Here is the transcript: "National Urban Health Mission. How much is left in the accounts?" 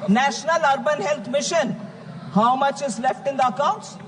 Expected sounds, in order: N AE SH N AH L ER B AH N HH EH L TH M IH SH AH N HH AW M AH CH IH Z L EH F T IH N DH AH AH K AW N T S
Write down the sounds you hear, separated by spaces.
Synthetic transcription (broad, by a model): N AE SH N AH L ER B AH N HH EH L T M IH SH AH N HH AW M AH CH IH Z L EH F T IH N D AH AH K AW N T S